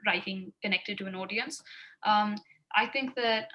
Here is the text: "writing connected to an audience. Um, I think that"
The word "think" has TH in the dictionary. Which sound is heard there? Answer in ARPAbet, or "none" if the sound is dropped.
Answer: TH